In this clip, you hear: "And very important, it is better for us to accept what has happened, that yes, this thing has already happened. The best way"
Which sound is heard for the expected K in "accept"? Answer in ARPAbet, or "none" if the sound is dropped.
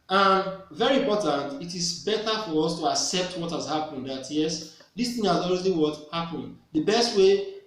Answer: K